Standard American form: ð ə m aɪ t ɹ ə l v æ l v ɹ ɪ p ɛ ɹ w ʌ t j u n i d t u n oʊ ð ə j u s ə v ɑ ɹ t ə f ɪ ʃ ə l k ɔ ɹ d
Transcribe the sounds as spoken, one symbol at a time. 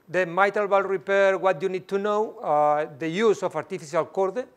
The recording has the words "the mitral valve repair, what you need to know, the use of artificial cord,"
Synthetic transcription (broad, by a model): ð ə m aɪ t ə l b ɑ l ɹ ɪ p ɛ ɹ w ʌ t j u n i d t u n oʊ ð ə j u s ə f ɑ ɹ t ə f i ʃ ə l k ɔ ɹ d